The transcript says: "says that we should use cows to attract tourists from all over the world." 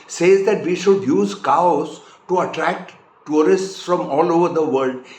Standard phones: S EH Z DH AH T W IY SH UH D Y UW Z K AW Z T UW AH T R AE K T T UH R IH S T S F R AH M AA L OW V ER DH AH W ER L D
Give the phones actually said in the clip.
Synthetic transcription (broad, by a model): S EH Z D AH T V IY SH UH D Y UW Z K AW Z T UW AH T R AE K T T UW R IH S T S F R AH M AA L OW V ER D AH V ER L D